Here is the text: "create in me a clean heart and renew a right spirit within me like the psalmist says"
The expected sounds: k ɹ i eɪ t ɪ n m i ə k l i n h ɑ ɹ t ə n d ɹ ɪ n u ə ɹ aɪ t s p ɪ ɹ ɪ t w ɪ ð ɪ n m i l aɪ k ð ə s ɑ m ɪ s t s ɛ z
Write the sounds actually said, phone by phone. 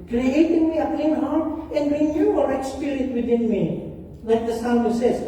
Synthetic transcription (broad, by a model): k ɹ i eɪ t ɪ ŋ m i ə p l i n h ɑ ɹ ə n d w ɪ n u ə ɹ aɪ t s p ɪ ɹ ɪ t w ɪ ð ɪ n m i l aɪ k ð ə s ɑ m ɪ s s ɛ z